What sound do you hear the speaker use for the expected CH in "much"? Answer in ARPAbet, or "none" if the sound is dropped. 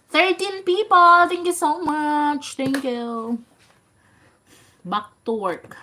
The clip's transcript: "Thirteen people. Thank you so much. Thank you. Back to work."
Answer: CH